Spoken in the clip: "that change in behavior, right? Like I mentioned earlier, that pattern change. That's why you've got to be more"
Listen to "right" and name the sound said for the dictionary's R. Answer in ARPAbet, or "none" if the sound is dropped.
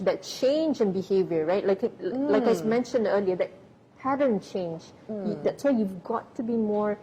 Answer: L